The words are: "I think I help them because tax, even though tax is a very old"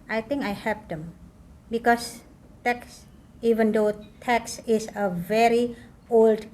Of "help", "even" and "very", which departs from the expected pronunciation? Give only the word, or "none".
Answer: help